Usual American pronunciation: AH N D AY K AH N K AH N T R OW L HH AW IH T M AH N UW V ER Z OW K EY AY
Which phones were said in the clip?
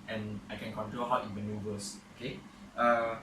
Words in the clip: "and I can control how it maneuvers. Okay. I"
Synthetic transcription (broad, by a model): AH N AY K AH N K AH N T R OW L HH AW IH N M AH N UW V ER S OW K EY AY